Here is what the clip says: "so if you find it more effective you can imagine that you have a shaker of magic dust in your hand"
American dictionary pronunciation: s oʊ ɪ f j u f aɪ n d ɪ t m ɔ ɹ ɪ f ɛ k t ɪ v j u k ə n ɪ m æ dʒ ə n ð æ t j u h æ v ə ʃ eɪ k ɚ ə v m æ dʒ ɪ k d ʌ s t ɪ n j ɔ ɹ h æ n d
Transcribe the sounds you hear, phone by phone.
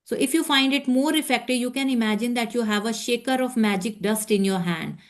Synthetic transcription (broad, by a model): s oʊ ɪ f j u f aɪ n d ɪ t m ɔ ɹ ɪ f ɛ k t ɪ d j u k ə n ɪ m æ dʒ ə n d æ t j u h æ v ə ʃ eɪ k ɚ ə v m æ dʒ ɪ k d ʌ s t ɪ n j ɔ ɹ h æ n d